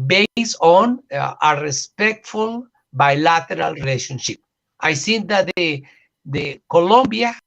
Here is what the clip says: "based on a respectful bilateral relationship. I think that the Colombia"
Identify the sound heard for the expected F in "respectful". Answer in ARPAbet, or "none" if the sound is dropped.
F